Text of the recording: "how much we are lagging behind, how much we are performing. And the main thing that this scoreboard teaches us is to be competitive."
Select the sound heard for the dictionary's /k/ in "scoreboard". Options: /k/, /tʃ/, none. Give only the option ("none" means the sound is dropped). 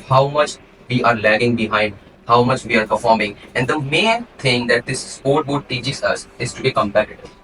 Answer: none